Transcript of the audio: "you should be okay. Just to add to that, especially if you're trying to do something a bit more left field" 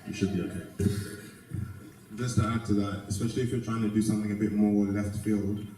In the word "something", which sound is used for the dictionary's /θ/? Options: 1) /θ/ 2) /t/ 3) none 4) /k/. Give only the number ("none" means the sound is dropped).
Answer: 1